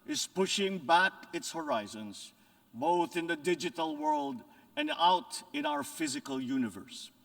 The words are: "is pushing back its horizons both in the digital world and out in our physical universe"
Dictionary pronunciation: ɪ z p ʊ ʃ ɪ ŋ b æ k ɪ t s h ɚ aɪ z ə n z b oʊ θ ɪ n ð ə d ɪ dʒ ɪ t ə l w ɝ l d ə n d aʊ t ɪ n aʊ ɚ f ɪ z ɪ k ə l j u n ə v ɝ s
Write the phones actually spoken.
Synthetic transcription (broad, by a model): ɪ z p ʊ ʃ ɪ ŋ b æ k ɪ t s h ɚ aɪ z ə n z b oʊ θ ɪ n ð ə d ɪ dʒ ɪ t ə l w ɝ l d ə n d aʊ t ɪ n aʊ ɚ f ɪ z ɪ k ə l j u n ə v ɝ s